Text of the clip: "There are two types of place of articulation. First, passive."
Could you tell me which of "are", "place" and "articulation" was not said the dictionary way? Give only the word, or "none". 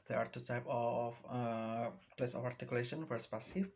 none